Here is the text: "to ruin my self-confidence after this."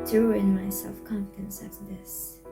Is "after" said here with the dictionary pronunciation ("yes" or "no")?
no